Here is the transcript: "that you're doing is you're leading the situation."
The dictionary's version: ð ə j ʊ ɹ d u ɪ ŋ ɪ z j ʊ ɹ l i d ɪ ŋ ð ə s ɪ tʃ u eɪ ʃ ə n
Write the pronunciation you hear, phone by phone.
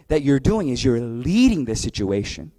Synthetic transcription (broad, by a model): ð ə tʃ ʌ ɹ d u ɪ ŋ ɪ z j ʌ ɹ l i d ɪ ŋ ð ə s ɪ tʃ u eɪ ʃ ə n